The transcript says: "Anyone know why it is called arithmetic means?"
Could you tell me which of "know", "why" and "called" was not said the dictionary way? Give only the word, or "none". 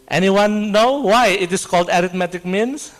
none